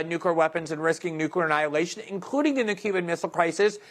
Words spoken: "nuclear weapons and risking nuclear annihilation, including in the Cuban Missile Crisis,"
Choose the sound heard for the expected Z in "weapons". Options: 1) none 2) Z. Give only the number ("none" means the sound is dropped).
2